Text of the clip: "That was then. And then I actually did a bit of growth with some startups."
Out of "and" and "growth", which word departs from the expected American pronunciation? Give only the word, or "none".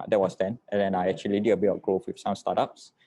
growth